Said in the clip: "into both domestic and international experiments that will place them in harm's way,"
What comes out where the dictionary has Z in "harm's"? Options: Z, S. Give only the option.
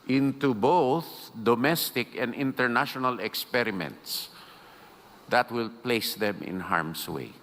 S